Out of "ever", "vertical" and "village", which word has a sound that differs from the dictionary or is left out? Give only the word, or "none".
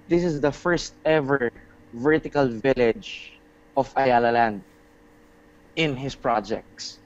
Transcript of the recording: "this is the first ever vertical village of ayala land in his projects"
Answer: none